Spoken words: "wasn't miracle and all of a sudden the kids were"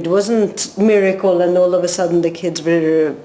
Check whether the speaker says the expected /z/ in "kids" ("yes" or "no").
yes